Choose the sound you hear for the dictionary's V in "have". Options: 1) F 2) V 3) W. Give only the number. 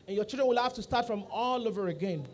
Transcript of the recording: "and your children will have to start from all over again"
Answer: 1